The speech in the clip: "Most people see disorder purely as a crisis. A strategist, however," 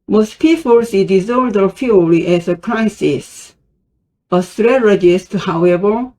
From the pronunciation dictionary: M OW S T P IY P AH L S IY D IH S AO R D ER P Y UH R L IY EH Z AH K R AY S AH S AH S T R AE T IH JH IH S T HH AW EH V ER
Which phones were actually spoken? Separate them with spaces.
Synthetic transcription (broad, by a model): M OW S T P IY P AH L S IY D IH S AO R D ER F Y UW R IY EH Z AH K R AY S AH S AH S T R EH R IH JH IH S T HH AW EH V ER